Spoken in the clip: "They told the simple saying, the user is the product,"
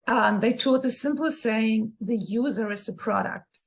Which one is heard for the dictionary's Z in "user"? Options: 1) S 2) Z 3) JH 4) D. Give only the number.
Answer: 2